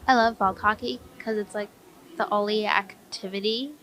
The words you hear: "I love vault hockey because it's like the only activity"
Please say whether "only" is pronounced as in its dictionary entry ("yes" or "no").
no